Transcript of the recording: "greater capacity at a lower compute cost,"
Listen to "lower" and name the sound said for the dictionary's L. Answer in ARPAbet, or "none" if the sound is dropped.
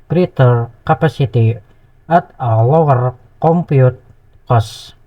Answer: W